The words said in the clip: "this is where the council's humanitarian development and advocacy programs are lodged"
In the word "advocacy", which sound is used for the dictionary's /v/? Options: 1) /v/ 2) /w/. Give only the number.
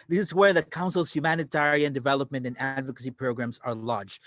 1